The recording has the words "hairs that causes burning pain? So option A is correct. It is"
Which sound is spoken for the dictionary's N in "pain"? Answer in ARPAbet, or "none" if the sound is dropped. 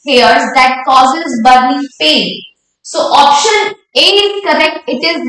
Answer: L